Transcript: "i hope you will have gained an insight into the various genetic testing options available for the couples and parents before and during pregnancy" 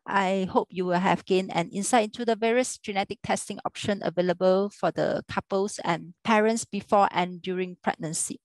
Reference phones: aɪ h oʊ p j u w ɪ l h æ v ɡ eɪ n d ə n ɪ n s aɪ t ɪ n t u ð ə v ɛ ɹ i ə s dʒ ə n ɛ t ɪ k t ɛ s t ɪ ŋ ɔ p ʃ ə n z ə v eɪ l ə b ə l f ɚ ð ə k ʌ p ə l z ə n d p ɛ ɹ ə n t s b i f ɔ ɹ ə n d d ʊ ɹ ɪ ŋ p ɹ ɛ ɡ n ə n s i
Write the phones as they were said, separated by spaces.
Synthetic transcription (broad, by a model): aɪ h oʊ p j u w ɪ l h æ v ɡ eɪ n ə n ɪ n s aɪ ɪ n t u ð ə v ɛ ɹ i ə s dʒ ə n ɛ t ɪ k t ɛ s t ɪ ŋ ɔ p ʃ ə n ə v eɪ l ə b ə l f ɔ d ə k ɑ p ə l s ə n p ɛ ɹ ə n t s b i f ɔ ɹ ə n d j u ɹ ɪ ŋ p ɹ ɛ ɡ n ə n s i